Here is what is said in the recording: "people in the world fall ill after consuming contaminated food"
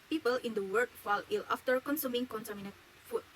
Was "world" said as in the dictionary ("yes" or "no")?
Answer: no